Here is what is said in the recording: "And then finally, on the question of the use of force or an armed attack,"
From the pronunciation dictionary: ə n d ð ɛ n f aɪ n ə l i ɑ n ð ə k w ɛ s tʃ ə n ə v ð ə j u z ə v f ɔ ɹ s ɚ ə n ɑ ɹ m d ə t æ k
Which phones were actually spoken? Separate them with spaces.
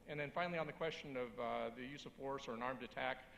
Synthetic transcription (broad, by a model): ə n ð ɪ n f aɪ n l i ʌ n ð ə k w ɛ s tʃ ə n ə v ð ə j u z ə v f ɔ ɹ s ɚ ə n ɑ ɹ m d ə t æ k